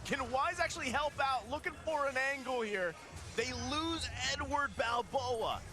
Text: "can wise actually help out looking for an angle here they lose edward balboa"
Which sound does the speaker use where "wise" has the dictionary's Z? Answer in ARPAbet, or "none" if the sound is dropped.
Z